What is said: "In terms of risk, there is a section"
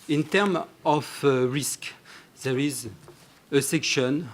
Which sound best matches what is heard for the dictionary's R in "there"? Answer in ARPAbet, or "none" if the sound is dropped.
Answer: R